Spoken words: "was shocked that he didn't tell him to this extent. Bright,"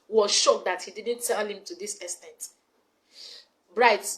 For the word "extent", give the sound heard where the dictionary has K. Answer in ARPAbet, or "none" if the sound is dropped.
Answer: none